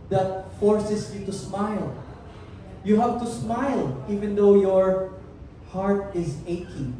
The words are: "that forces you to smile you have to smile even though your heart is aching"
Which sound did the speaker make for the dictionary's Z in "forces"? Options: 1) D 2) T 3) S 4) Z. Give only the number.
3